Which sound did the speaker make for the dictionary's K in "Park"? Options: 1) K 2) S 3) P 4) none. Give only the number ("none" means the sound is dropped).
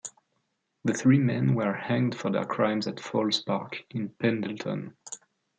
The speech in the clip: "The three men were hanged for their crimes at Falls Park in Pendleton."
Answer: 1